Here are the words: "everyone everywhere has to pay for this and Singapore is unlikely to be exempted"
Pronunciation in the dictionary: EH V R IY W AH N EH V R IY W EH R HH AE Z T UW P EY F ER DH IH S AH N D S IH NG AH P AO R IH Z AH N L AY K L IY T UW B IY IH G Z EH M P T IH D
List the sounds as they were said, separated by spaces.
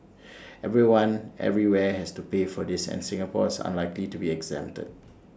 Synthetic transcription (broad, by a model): EH V R IY W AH N EH V R IY W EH HH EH S T UW P EY F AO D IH S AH N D S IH NG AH P AO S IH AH N L AY K L IY T UW B IY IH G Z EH M T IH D